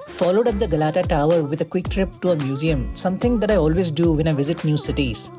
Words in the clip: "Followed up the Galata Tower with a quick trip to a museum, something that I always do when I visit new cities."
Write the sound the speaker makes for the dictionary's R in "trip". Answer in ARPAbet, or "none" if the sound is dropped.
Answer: R